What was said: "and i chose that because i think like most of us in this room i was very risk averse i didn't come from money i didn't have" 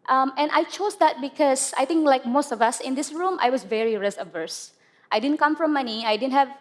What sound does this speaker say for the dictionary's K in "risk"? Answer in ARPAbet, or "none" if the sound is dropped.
none